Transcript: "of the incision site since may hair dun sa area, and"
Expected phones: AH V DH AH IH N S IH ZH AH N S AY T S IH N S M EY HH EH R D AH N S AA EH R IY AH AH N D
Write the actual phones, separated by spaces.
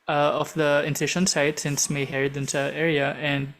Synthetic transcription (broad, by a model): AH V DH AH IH N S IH SH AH N S AY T S IH N S M EY HH EH R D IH N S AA EH R IY AH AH N D